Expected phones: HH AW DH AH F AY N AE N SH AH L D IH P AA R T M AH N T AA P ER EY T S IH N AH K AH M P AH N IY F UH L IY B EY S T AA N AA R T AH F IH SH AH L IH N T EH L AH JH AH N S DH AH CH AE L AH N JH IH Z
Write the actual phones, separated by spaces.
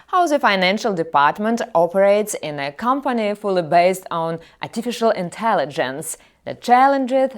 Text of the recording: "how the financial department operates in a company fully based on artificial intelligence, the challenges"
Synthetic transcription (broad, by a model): HH AW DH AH F AY N AE N SH AH L D IH P AA R T M AH N T AA P ER EY T S IH N AH K AH M P AH N IY F UH L IY B EY S T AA N AA R T AH F IH SH AH L IH N T EH L AH JH AH N S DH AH CH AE L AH N JH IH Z